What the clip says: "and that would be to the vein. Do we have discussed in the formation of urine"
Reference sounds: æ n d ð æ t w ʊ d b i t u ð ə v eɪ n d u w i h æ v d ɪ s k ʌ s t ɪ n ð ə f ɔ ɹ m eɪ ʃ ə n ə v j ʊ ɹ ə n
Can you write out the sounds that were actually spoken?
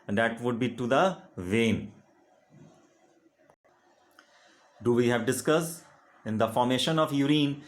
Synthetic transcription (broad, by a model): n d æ t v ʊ d b i t u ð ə v eɪ n d u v i h æ v d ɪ s k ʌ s ɪ n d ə f ɔ ɹ m eɪ ʃ ə n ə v j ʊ ɹ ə n